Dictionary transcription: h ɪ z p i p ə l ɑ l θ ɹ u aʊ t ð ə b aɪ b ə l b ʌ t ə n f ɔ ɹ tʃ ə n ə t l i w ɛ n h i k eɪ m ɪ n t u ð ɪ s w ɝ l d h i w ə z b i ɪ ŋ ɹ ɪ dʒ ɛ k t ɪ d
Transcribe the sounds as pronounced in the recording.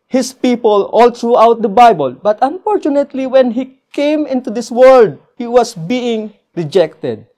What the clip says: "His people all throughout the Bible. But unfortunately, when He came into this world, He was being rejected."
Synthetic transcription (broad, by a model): h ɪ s p i p ə l ɑ l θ ɹ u aʊ t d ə b aɪ b ə l b ʌ t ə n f ɔ ɹ tʃ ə n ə t l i w ɛ n h i k eɪ m ɪ n t u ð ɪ s w ɝ l d h i w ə s b i ɪ ŋ ɹ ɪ dʒ ɛ k t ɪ d